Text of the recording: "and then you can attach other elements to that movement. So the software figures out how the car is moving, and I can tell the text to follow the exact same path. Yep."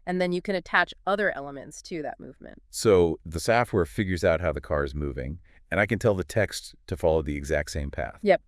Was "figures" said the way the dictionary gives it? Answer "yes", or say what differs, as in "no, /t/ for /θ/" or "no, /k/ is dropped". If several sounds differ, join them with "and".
yes